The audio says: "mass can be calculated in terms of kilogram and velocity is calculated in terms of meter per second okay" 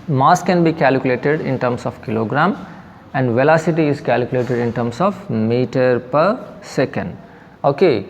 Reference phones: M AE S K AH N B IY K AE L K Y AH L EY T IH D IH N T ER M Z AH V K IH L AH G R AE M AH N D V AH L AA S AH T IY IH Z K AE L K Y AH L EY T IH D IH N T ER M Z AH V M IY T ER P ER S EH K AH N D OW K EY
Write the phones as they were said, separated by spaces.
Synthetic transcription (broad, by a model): M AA S K AH N B IY K AE L K Y AH L EY T IH D IH N T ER M S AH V K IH L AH G R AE M AH N D V AH L AA S AH T IY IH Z K AE L K Y AH L EY T IH D IH N T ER M S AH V M IY T ER P ER S EH K AH N D OW K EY